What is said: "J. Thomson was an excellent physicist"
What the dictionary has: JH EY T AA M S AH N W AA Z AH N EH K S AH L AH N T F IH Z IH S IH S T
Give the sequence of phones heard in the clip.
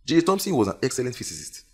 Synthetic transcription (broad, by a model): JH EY T AA M S AH N W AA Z AH N EH K S AH L AH N T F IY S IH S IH S T